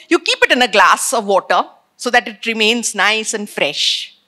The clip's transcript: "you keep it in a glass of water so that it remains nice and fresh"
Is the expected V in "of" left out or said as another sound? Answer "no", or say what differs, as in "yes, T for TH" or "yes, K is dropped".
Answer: no